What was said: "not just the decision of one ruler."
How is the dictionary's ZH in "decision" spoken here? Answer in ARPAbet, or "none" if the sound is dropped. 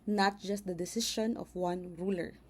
SH